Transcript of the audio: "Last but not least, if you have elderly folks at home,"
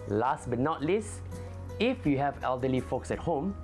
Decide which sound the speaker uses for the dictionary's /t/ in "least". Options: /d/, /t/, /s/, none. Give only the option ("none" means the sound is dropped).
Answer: none